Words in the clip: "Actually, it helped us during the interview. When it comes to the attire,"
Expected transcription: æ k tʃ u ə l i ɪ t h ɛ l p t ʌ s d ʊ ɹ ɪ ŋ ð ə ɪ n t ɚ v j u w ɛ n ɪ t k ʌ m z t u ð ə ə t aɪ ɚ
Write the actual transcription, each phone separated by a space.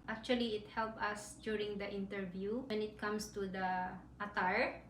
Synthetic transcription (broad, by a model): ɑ k tʃ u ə l i ɪ t h ɛ l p ʌ s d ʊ ɹ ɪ ŋ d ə ɪ n t ɚ v j u w ɛ n ɪ t k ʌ m s t u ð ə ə t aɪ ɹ